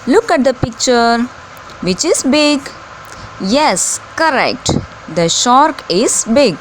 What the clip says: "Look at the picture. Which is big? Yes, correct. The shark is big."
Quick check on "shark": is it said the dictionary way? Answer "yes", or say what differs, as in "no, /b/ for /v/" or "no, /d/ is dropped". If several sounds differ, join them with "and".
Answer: yes